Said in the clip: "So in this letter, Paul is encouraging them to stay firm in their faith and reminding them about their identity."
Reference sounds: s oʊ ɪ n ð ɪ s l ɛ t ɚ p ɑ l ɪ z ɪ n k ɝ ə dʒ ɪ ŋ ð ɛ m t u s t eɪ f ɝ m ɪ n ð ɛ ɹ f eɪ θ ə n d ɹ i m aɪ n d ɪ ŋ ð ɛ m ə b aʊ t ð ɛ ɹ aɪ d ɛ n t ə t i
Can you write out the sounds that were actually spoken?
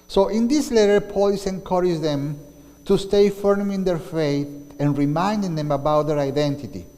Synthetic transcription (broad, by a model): s oʊ ɪ n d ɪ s l ɛ t ɚ p ɑ l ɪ s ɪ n k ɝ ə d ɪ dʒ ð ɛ m t u s t eɪ f ɝ m ɪ n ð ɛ ɹ f eɪ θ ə n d ɹ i m aɪ n d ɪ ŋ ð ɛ m ə b aʊ t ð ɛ ɹ aɪ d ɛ n t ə t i